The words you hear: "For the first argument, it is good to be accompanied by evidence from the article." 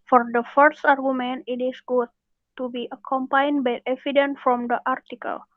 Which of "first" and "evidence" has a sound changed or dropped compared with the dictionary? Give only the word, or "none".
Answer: evidence